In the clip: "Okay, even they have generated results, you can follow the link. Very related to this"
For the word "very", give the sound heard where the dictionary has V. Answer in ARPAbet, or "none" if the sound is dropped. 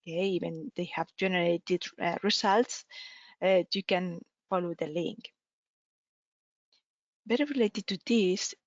B